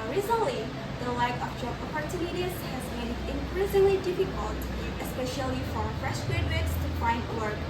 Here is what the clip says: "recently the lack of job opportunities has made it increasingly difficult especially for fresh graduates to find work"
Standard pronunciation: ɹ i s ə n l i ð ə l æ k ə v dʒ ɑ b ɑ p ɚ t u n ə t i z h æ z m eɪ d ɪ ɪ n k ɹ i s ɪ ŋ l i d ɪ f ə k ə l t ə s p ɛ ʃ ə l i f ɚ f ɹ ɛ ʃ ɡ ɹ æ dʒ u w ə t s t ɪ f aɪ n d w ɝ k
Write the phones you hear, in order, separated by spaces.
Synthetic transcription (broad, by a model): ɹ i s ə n l i ð ə l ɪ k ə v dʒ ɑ ɑ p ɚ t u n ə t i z h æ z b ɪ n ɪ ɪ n k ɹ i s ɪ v l i d ɪ f ə k ə l t ə s p ɛ ʃ ə l i f ɚ f ɹ ɛ ʃ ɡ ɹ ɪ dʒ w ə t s t ɪ f aɪ n d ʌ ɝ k